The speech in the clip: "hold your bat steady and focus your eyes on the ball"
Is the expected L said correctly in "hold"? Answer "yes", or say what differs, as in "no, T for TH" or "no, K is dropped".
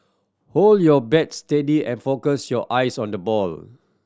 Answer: yes